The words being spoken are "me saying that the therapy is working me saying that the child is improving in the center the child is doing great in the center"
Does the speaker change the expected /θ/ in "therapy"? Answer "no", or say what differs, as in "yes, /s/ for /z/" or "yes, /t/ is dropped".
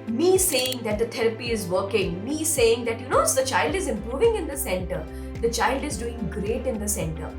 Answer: yes, /t/ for /θ/